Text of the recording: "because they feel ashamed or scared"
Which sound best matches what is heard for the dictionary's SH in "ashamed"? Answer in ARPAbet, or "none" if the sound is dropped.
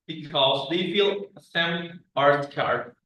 S